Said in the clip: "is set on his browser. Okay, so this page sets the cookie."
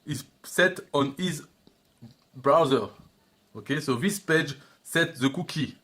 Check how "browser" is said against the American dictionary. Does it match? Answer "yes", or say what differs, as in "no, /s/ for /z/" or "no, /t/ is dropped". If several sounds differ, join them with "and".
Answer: yes